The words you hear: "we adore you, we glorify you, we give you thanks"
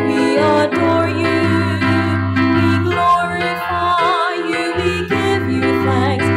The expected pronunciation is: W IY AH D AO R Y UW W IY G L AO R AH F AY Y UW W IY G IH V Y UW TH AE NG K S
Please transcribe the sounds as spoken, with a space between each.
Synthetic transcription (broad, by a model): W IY AH D AO R Y UW W IY G L AO R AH AY Y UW W IY G IH V Y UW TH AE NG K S